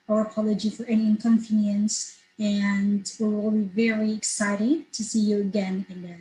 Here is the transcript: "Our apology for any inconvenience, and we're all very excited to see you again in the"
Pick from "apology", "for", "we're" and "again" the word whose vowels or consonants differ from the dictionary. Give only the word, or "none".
we're